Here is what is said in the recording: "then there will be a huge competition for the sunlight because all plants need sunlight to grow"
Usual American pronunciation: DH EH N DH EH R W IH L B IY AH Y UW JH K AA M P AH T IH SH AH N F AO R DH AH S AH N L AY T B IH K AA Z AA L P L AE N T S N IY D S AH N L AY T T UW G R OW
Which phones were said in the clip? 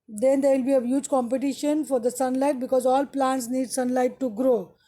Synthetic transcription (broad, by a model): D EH N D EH R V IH L B IY AH Y UW JH K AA M P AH T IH SH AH N F AO R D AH S AH N L AY T B IH K AA Z AA L P L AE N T S N IY D S AH N L AY T T UW G R OW